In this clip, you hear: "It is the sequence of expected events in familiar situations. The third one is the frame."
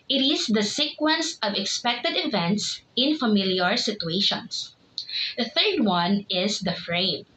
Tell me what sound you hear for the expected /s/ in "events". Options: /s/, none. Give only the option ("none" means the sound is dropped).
/s/